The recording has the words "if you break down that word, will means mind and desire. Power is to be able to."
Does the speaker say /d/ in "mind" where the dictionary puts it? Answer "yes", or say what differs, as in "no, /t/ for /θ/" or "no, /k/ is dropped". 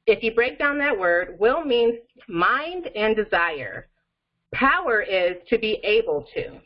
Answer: yes